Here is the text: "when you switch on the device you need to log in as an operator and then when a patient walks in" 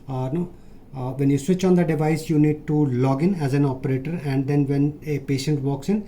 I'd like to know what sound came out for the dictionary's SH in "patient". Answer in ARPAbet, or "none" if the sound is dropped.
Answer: SH